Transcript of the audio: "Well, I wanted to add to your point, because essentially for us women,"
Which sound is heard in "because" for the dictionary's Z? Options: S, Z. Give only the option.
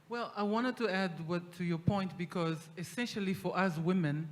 Z